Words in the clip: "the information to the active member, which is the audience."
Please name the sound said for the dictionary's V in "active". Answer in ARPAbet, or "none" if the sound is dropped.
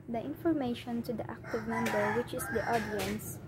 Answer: V